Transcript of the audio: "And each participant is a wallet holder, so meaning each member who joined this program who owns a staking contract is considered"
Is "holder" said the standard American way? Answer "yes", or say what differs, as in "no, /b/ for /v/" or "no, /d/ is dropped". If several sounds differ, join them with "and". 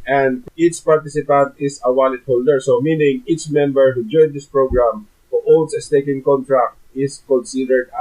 yes